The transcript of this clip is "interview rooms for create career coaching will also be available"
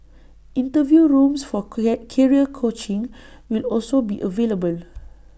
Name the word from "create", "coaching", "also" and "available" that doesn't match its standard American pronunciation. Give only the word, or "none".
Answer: create